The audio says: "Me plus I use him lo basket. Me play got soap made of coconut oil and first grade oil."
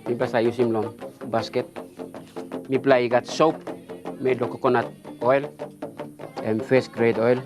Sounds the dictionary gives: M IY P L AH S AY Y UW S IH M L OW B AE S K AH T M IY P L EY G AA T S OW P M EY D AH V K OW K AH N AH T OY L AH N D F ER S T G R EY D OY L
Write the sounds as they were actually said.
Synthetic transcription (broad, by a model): M IY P L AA S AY Y UW S IH M L OW B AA S K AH T M IY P L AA G AA T S OW P M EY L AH K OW K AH N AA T OY L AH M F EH S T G R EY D OY L